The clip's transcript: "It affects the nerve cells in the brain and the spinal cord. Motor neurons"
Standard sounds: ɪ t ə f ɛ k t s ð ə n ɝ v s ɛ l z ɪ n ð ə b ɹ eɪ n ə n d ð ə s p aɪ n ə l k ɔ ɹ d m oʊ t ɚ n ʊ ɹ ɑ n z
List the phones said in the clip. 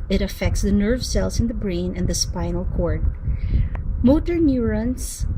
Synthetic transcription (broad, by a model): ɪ t ə f ɛ k t s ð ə n ɝ v s ɛ l s ɪ n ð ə b ɹ eɪ n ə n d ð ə s p aɪ n ə l k ɔ ɹ d m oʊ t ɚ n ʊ ɹ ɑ n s